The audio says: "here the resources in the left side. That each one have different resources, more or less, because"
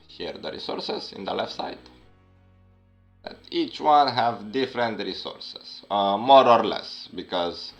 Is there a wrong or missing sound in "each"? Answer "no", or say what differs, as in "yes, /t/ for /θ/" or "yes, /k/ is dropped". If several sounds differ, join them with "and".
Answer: no